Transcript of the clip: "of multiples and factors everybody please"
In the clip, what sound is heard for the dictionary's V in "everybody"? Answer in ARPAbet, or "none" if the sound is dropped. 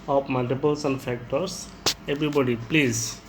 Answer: B